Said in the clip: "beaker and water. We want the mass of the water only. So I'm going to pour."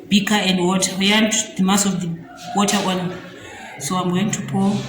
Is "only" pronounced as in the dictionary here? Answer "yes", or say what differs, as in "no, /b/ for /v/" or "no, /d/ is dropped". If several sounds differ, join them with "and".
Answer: no, /l/ is dropped